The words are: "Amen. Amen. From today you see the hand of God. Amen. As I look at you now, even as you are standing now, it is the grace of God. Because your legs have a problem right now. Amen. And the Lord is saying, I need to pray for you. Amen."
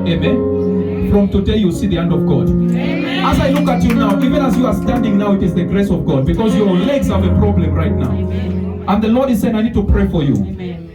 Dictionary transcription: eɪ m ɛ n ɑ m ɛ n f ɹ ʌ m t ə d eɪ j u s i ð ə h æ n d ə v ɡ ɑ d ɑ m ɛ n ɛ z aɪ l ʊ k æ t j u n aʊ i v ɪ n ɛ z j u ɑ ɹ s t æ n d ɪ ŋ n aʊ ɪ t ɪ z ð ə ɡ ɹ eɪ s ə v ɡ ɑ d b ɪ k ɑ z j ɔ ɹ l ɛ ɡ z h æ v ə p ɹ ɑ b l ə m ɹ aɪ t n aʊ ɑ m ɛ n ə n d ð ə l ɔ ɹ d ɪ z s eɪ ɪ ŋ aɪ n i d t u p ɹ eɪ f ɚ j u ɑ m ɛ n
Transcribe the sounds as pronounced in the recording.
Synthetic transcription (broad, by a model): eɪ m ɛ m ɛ n f ɹ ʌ m t ə d eɪ j u s i ð ə h æ n d ə v ɡ ɑ d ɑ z aɪ l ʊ k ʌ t j u n aʊ i v ɪ n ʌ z j u ɑ ɹ s t æ n d ɪ ŋ n aʊ ɪ t ɪ z ð ə ɡ ɹ eɪ s ə v ɡ ɑ d b ɪ k ɑ z j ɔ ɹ l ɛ ɡ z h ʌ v ə p ɹ ɑ b l ə m ɹ aɪ t n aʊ ɑ ʊ ə n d ð ə l ɔ ɹ d ɪ z s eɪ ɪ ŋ aɪ n i d t u p ɹ eɪ f ɚ j u